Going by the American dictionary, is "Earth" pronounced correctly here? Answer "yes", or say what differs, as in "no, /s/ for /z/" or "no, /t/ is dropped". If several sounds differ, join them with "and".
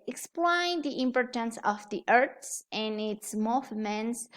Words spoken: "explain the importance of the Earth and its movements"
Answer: no, /s/ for /θ/